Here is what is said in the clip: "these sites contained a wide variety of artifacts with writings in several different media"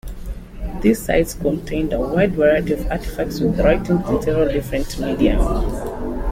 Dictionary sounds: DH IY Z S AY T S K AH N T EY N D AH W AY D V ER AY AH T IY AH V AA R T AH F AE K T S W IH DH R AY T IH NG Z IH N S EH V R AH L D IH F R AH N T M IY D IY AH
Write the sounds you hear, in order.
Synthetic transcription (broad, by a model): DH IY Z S AY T S K AH N T EY N D AH W AY D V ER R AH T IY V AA T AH F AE K T S W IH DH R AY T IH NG IH N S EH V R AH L D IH F R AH N T M IY D IY AH